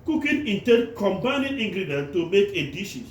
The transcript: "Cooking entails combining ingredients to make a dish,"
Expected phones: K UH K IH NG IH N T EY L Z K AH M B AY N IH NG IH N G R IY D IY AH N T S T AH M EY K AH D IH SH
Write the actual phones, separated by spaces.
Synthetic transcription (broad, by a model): K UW K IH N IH N T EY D K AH M B AY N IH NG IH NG G R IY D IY N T T AH M EY K AH D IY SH